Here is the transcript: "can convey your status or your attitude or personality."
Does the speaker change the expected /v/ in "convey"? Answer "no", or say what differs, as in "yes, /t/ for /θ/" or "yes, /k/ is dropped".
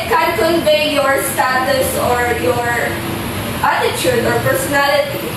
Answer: yes, /b/ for /v/